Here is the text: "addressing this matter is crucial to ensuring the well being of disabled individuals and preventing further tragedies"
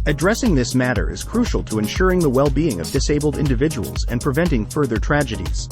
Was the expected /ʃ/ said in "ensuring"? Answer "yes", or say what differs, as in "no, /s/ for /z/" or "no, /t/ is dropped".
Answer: yes